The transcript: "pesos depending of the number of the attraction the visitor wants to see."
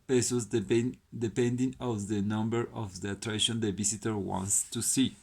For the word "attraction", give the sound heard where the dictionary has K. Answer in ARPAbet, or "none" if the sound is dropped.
none